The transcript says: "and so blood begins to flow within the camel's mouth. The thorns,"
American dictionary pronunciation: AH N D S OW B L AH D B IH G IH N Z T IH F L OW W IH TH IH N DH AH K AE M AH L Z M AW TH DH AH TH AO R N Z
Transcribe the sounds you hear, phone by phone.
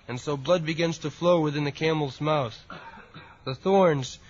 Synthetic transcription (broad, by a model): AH N S OW B L AH D B IH G IH N Z T IH F L OW W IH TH IH N DH AH K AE M L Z M AW TH DH AH TH AO R N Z